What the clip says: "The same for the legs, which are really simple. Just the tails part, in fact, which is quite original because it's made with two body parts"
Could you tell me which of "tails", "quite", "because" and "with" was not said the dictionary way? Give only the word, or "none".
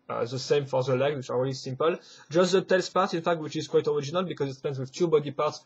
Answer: tails